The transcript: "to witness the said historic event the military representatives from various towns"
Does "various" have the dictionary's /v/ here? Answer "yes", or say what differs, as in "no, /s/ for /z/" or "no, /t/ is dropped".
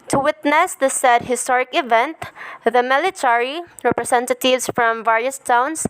yes